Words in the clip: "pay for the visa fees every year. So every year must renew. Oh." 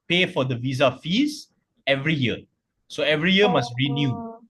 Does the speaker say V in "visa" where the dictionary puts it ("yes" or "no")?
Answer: yes